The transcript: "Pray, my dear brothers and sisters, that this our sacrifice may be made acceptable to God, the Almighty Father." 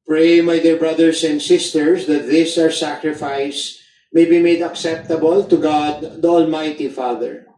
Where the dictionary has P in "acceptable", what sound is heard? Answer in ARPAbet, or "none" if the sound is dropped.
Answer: P